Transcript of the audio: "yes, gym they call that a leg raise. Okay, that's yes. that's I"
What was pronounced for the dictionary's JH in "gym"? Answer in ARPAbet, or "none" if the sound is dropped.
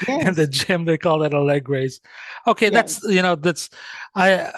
JH